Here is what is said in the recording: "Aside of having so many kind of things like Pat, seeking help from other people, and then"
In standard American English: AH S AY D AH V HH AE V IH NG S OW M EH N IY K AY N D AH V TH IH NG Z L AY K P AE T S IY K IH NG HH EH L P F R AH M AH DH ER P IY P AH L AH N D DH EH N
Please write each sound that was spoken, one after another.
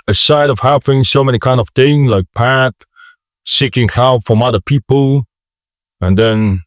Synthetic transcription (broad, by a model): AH S AY D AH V HH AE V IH NG S OW M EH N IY K AY N D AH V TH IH NG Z L AY K P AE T S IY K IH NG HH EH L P F R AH M AH DH ER P IY P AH L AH N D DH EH N